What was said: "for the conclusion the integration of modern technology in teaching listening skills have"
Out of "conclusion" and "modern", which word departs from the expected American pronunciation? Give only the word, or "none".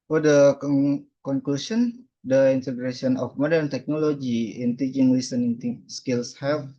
conclusion